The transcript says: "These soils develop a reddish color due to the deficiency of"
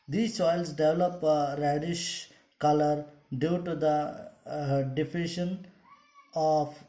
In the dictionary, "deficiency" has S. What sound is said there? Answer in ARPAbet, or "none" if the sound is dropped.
none